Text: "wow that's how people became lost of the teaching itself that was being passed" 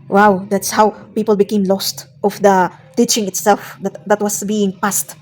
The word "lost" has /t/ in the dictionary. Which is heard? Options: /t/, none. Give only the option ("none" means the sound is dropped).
/t/